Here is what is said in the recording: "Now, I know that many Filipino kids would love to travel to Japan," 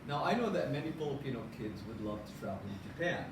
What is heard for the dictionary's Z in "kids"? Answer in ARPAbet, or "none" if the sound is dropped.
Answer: Z